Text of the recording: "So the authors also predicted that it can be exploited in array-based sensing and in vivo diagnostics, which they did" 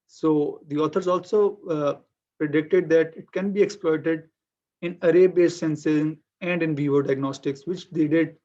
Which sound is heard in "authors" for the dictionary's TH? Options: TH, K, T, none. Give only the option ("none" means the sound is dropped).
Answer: T